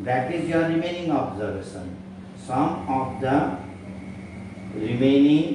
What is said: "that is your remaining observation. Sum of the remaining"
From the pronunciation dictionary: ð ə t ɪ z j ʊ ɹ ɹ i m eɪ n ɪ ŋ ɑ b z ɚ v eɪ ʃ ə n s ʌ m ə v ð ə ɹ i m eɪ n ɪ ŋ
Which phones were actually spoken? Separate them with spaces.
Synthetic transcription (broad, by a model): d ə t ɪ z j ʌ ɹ ɹ i m eɪ n ɪ ŋ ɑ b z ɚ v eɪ s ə n s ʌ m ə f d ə ɹ i m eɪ n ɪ ŋ